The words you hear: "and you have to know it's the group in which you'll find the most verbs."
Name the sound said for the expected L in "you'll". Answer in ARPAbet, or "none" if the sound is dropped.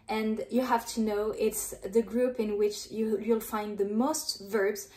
L